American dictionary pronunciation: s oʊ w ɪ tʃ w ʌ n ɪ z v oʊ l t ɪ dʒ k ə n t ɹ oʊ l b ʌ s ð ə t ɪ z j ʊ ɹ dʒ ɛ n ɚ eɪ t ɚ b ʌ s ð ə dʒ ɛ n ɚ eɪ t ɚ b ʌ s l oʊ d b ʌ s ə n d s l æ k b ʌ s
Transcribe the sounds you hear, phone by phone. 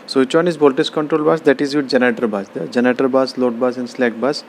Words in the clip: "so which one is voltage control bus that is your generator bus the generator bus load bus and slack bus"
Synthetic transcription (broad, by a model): s oʊ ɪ tʃ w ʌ n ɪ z b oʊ l t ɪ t k ə n t ɹ oʊ l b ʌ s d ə t ɪ z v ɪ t dʒ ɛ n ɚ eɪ t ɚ b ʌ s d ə dʒ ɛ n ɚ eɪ t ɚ b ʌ s l oʊ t b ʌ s ə n d s l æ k b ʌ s